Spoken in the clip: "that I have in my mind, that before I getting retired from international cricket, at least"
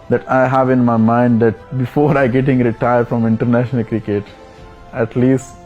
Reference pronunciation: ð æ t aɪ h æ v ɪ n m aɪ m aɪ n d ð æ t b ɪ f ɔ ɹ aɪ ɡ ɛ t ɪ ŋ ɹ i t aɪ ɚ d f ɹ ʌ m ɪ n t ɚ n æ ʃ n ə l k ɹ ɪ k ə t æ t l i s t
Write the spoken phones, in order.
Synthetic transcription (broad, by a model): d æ t aɪ h æ v ɪ n m aɪ m aɪ n d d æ t b ɪ f ɔ ɹ aɪ ɡ ɛ t ɪ ŋ ɹ i t aɪ ɚ d f ɹ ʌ m ɪ n t ɚ n æ ʃ n ə l k ɹ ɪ k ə t æ t l i s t